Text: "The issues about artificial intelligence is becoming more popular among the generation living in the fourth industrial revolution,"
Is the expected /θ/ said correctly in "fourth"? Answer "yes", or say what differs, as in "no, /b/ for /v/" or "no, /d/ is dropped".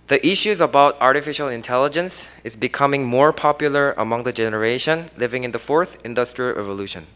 yes